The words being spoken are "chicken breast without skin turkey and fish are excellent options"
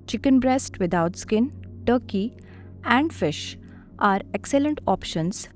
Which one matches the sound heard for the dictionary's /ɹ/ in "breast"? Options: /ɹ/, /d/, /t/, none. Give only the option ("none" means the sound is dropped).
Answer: /ɹ/